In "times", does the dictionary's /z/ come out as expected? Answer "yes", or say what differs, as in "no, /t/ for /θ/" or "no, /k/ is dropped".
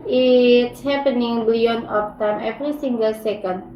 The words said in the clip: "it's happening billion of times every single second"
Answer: no, /z/ is dropped